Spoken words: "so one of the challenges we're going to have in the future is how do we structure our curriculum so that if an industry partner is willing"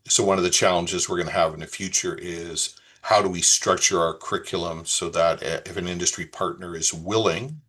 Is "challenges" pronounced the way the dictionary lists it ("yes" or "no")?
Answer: yes